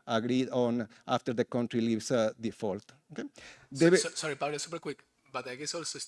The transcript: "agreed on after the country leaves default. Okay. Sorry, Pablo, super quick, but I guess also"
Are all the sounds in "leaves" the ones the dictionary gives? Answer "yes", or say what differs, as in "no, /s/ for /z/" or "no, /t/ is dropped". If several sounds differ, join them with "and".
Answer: no, /s/ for /z/